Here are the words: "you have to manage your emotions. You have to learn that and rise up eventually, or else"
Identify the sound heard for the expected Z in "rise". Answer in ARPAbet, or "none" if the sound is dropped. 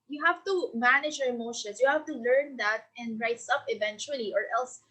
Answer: S